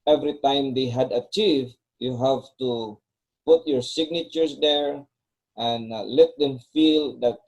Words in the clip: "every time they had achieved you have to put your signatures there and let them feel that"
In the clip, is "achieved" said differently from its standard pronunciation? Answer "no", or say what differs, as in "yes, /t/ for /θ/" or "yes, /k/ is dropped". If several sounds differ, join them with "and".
no